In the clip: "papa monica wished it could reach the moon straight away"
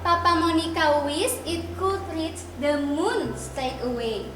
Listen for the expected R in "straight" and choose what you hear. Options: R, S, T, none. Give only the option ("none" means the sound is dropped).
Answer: none